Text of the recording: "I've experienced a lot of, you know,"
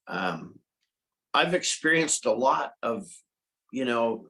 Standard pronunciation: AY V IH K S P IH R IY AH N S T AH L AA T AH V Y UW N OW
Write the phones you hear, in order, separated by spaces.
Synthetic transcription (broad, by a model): AY V IH K S P IH R IY AH N S T AH L AA T AH V Y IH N OW